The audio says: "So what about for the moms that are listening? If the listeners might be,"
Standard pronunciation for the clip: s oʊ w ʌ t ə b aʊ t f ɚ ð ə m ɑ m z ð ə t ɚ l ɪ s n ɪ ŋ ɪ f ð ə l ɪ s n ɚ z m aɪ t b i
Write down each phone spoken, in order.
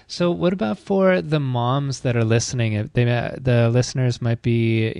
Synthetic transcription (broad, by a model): s oʊ w ʌ t ə b aʊ t f ɚ ð ə m ɑ m z ð ə t ɚ l ɪ s n ɪ ŋ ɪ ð ð ə l ɪ s n ɚ z m aɪ t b i